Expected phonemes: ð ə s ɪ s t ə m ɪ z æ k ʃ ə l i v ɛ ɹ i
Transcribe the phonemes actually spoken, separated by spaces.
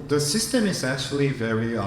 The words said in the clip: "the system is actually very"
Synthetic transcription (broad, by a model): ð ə s ɪ s t ə m ɪ z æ k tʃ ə l i v ɛ ɹ i